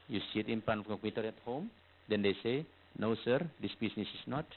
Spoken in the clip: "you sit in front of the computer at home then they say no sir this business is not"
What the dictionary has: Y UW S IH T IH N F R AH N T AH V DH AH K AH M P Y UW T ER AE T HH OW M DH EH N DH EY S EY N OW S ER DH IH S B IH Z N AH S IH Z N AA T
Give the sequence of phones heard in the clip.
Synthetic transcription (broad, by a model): Y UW S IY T IH N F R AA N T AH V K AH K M Y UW T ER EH T HH OW M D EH N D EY S EY N OW S ER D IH S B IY S N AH S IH S N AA T